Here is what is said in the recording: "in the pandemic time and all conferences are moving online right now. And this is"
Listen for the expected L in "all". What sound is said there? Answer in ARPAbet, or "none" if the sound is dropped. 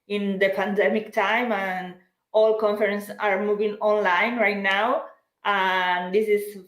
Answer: L